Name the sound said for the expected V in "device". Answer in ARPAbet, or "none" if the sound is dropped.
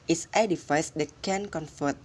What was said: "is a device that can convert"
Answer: F